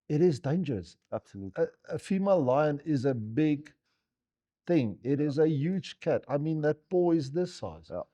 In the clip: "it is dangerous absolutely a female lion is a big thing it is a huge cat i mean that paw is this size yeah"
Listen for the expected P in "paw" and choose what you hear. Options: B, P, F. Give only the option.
B